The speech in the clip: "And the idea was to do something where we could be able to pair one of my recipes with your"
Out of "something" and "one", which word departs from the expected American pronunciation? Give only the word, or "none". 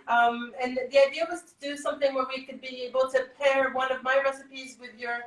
none